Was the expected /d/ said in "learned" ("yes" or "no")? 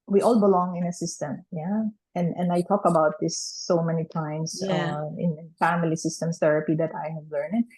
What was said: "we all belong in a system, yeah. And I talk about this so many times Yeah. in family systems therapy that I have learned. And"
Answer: no